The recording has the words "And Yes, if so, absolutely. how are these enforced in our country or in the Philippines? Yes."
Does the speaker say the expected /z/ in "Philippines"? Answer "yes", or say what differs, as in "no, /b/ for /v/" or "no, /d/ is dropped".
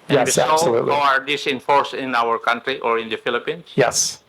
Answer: no, /s/ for /z/